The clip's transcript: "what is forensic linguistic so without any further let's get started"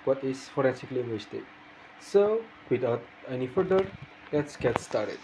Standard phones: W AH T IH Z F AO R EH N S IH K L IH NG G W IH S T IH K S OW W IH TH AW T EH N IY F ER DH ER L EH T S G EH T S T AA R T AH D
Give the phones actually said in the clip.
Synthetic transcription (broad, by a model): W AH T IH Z F AO R EH N S IH K L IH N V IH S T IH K S OW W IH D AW T EH N IY F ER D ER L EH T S G EH T S T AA R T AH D